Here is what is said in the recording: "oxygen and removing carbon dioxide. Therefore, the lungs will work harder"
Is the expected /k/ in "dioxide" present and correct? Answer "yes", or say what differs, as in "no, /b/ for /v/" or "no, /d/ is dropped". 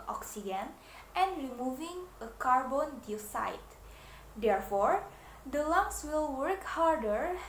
no, /k/ is dropped